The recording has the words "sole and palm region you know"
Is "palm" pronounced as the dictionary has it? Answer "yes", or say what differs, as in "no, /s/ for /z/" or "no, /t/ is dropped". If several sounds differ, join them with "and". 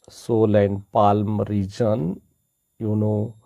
yes